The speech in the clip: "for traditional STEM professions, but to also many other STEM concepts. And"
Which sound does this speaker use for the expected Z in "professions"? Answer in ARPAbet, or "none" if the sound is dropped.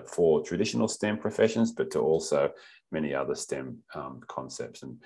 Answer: Z